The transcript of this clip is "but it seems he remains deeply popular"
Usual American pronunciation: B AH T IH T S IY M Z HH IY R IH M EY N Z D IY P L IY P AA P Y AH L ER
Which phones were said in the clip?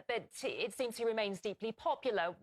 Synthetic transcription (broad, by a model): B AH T IH T S IY M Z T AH R IH M EY N Z D IY P L IY P AA P Y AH L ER